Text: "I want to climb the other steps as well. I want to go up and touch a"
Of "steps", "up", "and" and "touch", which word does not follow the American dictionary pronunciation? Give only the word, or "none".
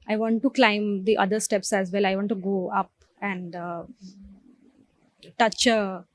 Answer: none